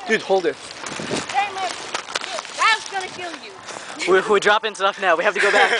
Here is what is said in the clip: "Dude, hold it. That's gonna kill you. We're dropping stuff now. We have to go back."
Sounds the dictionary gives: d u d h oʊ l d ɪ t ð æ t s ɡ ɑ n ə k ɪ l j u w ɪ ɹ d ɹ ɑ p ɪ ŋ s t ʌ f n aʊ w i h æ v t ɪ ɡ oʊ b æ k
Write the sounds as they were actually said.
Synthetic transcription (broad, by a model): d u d h oʊ l d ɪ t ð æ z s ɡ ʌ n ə k ɪ l j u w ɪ w d ɹ ɑ p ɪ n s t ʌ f n aʊ w i h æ f t ɪ ɡ oʊ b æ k